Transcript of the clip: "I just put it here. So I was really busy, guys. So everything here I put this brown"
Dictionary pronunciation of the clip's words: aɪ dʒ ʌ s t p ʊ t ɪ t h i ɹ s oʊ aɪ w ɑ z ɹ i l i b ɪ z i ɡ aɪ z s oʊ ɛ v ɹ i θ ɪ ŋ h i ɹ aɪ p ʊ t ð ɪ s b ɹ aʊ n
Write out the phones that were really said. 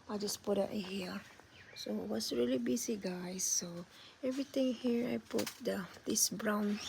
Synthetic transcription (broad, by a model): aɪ dʒ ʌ s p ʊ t ɪ t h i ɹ s oʊ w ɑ s ɹ i l i b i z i ɡ aɪ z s oʊ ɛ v ɹ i t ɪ ŋ h i ɹ aɪ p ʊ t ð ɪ s b ɹ aʊ n